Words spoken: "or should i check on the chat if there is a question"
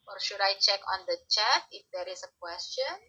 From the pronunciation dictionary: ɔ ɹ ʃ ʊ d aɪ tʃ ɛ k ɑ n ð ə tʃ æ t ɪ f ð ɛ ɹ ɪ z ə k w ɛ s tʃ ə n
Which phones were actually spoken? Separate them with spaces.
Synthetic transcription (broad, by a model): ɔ ɹ ʃ ʊ d aɪ tʃ ɛ k ɑ n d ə tʃ æ t ɪ f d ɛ ɹ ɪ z ə k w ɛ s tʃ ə n